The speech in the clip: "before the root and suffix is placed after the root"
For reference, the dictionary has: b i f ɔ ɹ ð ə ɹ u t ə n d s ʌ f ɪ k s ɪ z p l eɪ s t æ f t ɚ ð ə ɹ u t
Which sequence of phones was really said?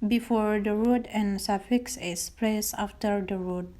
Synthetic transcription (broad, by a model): b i f ɔ ɹ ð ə ɹ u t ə n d s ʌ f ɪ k s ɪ s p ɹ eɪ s ɑ f t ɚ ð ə ɹ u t